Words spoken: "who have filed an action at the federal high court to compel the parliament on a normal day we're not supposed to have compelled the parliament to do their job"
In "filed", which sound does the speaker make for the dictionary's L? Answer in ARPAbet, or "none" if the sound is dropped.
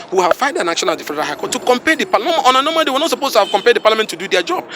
N